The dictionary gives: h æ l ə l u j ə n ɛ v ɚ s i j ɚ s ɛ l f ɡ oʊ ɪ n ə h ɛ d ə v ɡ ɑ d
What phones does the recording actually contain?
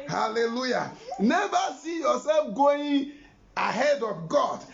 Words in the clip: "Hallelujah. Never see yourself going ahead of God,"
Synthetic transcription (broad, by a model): h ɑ l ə l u j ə n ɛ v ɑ s i j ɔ s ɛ f ɡ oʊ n ə h ɛ d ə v ɡ ɑ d